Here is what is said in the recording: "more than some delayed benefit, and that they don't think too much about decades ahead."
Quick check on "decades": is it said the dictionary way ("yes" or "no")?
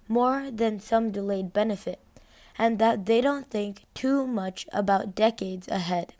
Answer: yes